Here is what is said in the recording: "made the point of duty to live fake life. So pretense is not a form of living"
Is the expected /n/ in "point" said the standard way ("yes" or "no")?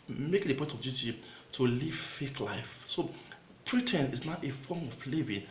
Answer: no